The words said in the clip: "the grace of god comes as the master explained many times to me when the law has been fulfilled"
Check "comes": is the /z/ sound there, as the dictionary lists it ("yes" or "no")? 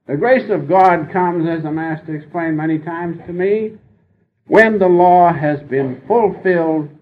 yes